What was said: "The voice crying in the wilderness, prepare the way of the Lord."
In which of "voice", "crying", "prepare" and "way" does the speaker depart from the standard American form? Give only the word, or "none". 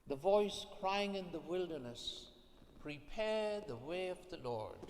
none